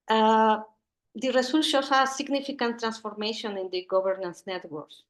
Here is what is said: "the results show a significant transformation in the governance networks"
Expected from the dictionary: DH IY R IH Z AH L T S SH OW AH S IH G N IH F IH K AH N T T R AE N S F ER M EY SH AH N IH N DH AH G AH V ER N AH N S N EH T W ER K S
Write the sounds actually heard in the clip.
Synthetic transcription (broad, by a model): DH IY R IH S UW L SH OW AH S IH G N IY F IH K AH N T T R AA N S F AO M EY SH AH N IH N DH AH G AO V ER N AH N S N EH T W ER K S